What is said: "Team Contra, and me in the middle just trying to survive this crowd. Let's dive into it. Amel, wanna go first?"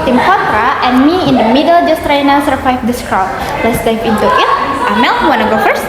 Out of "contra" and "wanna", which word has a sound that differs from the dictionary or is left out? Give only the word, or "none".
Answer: contra